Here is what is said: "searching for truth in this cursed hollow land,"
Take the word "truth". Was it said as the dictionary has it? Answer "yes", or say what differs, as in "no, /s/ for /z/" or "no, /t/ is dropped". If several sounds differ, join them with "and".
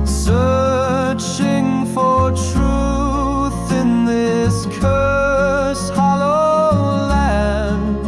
yes